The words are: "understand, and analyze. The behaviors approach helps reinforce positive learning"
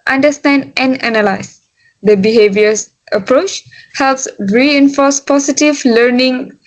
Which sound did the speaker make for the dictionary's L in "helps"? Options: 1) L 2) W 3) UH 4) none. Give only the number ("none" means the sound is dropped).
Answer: 1